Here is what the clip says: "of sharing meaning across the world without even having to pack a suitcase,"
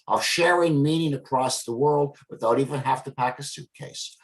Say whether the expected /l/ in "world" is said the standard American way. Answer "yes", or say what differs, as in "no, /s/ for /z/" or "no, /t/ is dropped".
yes